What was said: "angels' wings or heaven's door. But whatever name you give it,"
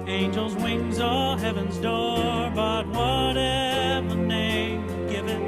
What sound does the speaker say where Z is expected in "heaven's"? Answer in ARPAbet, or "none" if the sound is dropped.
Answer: Z